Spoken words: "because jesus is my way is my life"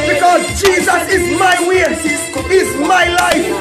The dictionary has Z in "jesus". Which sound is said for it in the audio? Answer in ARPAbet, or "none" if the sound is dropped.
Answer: Z